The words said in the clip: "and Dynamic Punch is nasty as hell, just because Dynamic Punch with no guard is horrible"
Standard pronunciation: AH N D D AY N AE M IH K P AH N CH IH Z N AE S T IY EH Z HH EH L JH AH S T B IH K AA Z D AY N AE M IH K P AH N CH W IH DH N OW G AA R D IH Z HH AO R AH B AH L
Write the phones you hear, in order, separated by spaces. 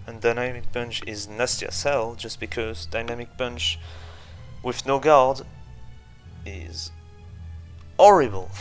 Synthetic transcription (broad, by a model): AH N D D AY N AE M IH K B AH N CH IH Z N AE S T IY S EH L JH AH S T B IH K AA Z D AY N AE M IH K B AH N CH W IH DH N OW G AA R D IH Z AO R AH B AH L